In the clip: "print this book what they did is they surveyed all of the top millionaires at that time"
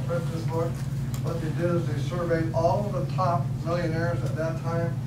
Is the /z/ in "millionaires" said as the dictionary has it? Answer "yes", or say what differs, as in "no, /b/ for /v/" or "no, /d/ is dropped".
yes